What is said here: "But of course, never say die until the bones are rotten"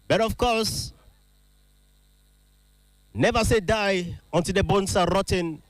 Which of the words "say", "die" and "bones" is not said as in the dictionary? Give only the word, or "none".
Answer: bones